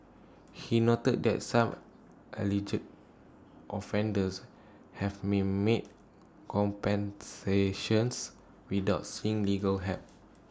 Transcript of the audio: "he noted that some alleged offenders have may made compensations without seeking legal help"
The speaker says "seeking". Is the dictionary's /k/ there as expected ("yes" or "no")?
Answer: no